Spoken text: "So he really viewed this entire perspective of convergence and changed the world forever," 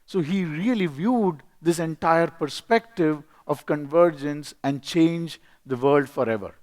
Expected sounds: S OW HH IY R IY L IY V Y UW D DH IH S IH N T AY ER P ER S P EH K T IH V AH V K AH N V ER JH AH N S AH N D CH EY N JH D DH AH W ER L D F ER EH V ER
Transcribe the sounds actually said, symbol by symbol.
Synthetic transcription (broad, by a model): S OW HH IY R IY L IY V Y UW D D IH S IH N T AY ER P ER S P EH K T IH V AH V K AH N V ER JH AH N S AH N D CH EY N JH D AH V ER L D F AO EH V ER